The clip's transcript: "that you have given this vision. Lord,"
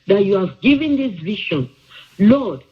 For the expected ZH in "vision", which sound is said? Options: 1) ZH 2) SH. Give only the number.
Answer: 2